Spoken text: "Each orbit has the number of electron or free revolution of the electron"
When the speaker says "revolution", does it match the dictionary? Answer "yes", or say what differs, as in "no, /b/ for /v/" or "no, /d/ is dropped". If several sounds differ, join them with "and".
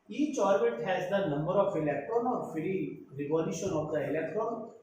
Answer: no, /n/ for /l/